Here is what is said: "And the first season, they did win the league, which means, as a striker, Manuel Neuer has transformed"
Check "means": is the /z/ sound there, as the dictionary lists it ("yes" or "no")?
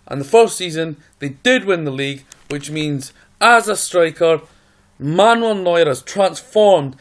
yes